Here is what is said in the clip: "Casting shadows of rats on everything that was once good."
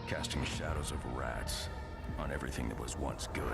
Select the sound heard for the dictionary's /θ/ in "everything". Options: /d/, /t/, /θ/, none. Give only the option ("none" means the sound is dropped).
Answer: /θ/